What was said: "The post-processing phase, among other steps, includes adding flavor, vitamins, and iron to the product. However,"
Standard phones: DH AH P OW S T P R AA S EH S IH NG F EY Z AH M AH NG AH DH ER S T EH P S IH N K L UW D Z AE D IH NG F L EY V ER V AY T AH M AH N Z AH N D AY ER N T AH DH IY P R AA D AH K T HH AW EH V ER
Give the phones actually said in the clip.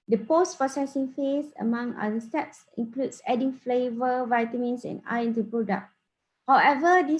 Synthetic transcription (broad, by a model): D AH P OW S T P AA S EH S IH NG F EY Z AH M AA NG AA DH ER S T EH P S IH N K L UW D S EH D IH NG F L EY V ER V AY T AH M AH N S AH N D AY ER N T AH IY P R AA D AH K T HH AW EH V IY